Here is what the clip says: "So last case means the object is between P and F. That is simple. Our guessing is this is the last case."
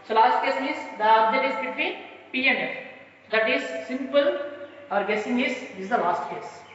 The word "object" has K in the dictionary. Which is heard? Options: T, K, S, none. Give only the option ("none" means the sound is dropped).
none